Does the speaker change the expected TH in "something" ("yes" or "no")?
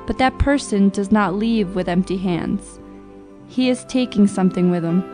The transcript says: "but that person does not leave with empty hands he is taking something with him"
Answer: no